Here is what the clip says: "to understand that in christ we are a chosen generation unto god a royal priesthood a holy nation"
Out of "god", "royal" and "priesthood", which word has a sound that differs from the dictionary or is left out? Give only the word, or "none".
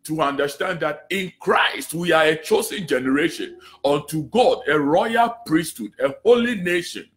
none